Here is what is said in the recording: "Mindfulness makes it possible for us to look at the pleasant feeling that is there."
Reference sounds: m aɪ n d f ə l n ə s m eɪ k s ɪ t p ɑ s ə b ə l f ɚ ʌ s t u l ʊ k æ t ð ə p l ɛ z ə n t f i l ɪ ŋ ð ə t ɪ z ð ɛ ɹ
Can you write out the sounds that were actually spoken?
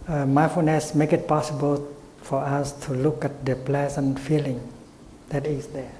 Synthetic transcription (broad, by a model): m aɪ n f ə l n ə s m eɪ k ɪ t p ɑ s ə b ə l f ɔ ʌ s t u l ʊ k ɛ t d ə p l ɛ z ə n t f i l ɪ ŋ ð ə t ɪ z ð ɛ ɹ